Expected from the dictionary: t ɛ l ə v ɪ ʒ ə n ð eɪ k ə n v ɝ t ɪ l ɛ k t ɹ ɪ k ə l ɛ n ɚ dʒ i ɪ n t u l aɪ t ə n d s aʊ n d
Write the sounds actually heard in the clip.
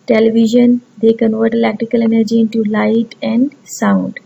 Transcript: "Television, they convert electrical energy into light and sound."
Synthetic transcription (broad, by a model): t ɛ l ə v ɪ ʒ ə n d eɪ k ə n v ɝ t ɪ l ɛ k t ɪ k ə l ɛ n ɚ dʒ i ɪ n t u l aɪ t ə n d s aʊ n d